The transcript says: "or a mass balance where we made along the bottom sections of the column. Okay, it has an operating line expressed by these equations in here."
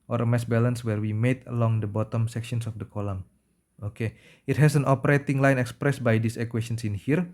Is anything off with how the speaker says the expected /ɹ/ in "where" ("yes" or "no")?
no